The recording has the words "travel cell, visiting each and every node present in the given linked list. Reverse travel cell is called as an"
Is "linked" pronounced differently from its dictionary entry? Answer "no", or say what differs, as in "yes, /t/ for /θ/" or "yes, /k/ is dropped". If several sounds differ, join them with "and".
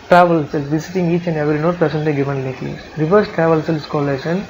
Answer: yes, /ŋ/ is dropped